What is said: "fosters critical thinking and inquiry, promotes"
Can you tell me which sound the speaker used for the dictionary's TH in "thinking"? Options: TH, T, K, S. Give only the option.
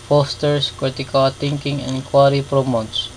T